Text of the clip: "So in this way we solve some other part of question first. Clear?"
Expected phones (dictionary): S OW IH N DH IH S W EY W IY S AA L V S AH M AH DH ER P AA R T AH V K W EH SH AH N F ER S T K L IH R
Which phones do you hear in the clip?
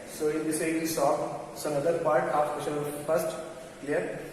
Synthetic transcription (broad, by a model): S OW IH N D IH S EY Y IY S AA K S AH M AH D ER P AA R T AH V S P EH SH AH L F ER S T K L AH R